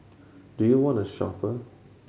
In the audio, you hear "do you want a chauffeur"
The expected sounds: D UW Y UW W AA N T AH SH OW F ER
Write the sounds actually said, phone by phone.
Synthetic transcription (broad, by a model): D UW Y UW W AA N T AH SH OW P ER